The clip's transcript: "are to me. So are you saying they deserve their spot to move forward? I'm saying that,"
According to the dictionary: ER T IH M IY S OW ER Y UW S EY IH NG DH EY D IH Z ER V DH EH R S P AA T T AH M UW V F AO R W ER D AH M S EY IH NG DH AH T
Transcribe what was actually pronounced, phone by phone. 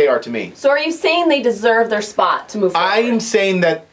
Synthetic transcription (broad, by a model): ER T IH M IY S OW ER Y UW S EY IH NG DH EY D IH Z ER V DH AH R S P AA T T AH M UW V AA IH AH M S EY IH NG DH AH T